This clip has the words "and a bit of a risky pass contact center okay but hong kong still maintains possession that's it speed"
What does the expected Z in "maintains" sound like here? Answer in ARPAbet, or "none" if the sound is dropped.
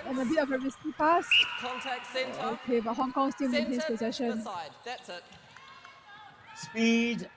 S